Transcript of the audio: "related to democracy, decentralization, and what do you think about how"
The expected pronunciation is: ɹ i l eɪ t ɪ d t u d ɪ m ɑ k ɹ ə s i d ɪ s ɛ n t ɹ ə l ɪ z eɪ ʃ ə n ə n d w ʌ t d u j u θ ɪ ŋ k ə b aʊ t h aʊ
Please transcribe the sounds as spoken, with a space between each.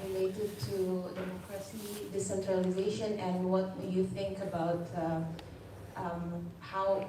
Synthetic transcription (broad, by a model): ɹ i l eɪ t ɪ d t u d ɪ m ɑ k ɹ ə s i d ɪ s ɛ n t ɹ ə l ɪ z eɪ ʃ ə n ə n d w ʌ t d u j u θ ɪ ŋ k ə b aʊ t h aʊ